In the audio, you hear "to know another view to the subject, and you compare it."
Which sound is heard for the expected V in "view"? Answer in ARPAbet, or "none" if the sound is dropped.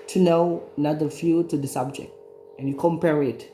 F